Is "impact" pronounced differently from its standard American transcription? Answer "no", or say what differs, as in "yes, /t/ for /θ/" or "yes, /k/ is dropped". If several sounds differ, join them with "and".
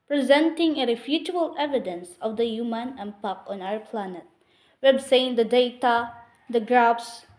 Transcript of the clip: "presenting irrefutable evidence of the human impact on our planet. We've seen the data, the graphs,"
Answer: yes, /t/ is dropped